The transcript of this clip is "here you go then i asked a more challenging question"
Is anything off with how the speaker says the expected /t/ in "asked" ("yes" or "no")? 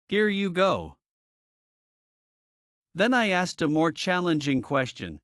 no